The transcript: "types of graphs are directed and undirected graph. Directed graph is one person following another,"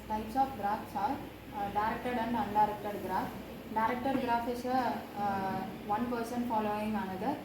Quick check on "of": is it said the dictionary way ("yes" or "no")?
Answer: no